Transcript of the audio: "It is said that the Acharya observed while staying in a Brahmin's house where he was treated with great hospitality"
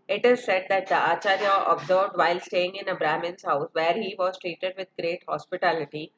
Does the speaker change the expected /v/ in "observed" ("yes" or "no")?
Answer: yes